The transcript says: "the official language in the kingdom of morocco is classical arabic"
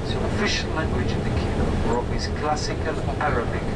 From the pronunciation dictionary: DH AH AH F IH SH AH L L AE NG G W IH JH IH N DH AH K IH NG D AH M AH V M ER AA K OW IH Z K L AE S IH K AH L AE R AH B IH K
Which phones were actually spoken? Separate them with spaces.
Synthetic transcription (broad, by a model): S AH AH F IH SH AH L L AE NG G W IH JH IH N DH AH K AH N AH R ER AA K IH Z K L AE S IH K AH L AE R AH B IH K